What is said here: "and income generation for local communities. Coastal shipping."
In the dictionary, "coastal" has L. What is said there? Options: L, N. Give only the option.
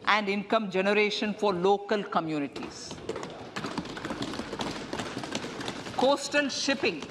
N